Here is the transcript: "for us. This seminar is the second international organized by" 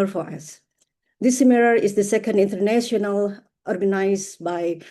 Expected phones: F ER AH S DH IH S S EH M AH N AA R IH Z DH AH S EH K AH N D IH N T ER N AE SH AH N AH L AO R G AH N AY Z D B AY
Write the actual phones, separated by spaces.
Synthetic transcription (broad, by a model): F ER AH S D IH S S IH M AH L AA R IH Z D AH S EH K AH N D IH N T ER N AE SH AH N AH L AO R G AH N AY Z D B AY